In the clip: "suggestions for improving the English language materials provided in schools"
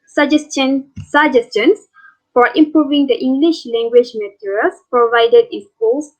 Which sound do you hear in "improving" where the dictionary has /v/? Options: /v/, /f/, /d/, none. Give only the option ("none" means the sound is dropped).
/v/